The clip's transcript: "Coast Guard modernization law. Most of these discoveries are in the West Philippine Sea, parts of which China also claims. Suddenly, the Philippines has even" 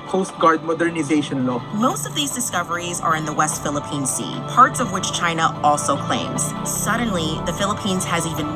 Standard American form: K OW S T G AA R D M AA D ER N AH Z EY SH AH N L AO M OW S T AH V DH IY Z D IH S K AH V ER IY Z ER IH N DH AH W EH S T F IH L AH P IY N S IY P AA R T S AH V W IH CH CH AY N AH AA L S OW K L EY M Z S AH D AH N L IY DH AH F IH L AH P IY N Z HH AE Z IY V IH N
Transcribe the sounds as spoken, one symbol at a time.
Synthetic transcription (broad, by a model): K OW S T G AA R D M AA D ER N AH Z EY SH AH N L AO M OW S T AH V DH IY Z D IH S K AH V ER IY Z ER IH N DH AH W EH S T F IH L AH P IY N S IY P AA R T S AH V W IH CH CH AY N AH AA L S OW K L EY M Z S AH D N L IY DH AH F IH L AH P IY N Z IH Z IY V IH N